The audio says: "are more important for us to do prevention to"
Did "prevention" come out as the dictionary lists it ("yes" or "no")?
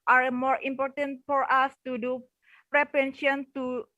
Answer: no